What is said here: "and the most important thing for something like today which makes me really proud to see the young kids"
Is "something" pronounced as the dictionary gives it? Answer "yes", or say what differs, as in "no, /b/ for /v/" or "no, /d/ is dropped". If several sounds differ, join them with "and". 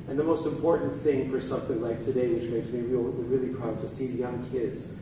yes